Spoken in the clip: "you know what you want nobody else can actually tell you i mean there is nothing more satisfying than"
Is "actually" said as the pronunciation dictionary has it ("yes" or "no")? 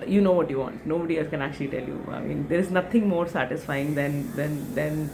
yes